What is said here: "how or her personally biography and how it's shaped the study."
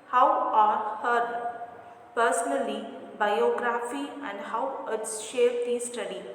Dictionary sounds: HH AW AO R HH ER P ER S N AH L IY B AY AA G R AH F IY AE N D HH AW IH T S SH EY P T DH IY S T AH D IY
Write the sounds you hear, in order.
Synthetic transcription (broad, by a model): HH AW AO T HH ER P ER S N AH L IY B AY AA G R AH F IY AE N D HH AW IH T S SH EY T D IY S T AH D IY